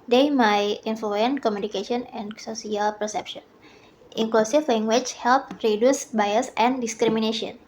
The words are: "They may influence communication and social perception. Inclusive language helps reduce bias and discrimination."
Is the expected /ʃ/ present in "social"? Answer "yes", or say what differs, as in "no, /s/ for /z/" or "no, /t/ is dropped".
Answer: no, /s/ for /ʃ/